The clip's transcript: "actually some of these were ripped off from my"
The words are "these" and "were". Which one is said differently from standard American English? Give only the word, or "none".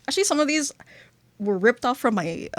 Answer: none